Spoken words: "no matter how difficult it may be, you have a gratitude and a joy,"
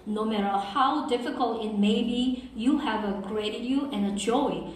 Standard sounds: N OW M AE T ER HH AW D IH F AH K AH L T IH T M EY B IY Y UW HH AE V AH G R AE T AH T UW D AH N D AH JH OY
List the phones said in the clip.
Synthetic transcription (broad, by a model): N OW M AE T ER HH AW D IH F AH K AH L T IH T M EY B IY Y UW HH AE V AH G R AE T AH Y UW AH N AH JH OY